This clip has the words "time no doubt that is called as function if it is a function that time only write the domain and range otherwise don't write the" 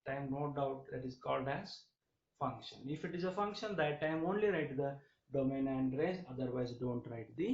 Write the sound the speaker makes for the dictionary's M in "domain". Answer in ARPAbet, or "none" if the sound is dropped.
M